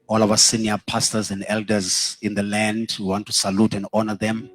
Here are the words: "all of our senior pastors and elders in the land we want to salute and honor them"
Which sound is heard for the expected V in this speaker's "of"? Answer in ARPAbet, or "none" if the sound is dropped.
W